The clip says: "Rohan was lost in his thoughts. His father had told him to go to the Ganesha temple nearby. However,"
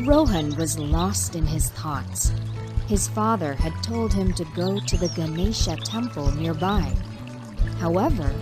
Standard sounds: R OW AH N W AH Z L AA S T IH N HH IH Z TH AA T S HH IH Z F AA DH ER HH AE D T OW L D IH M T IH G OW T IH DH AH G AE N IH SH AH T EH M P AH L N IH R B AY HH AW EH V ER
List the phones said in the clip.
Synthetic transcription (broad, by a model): R OW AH N W AH Z L AA S T IH N IH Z TH AA T S HH IH Z F AA DH ER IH D T OW L D IH M T IH G OW T IH DH AH G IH N IH SH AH T EH M P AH L N IH R B AY HH AW EH V ER